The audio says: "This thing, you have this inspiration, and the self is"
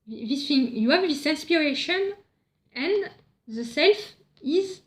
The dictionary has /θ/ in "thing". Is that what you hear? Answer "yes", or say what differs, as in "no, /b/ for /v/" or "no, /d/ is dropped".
no, /f/ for /θ/